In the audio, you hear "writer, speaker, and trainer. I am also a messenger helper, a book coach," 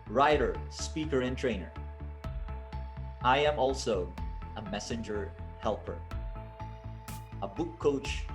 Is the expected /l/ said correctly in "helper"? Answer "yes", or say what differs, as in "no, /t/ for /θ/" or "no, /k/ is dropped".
yes